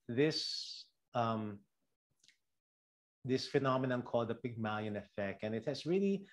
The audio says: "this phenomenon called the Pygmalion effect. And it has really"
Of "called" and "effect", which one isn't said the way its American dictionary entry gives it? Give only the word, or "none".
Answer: none